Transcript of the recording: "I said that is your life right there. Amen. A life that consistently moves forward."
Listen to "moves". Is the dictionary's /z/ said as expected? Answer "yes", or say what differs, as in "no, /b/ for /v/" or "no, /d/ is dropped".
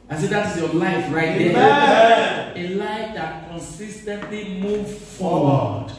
no, /z/ is dropped